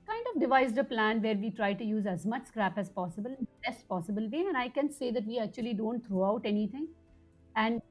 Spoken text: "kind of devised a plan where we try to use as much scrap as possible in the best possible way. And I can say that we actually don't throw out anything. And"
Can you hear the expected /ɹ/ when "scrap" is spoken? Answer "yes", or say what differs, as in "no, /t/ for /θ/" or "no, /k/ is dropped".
yes